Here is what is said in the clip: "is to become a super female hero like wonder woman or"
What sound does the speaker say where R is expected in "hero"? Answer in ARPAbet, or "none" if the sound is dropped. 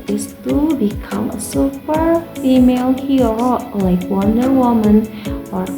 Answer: none